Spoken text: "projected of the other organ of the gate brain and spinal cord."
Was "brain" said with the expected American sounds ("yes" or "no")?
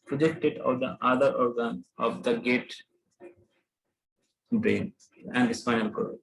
no